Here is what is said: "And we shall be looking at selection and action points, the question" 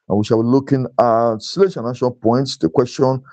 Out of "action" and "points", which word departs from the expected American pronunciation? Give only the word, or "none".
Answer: action